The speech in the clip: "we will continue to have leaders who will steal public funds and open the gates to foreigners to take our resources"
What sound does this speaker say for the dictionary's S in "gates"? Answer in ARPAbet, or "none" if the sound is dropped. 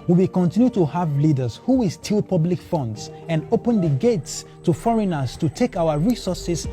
S